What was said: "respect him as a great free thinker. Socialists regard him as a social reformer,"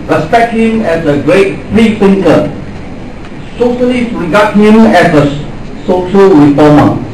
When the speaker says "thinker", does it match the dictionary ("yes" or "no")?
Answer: no